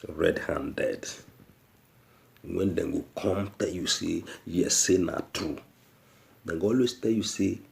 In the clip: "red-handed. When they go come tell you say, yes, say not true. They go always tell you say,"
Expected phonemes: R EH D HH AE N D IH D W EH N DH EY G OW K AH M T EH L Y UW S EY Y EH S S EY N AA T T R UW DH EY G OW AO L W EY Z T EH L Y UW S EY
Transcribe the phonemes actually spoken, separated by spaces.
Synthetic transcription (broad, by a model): R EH D HH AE N D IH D W EH N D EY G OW K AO M T EH L Y UW S EY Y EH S S EY N AA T T UW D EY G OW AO L W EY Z T EH L Y UW S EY